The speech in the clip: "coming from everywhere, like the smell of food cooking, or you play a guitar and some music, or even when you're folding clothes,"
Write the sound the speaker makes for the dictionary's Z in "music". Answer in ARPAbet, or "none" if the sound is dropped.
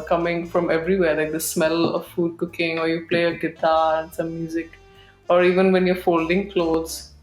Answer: Z